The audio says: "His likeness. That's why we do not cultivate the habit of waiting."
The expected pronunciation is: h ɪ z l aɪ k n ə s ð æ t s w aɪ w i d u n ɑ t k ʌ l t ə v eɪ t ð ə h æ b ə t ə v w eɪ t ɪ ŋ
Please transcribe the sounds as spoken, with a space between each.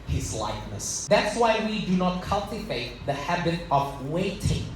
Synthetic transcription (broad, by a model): h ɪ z l aɪ k n ə s ð æ t s w aɪ w i d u n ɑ t k ʌ l t ə v eɪ t ð ə h æ b ə t ə v w eɪ t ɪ ŋ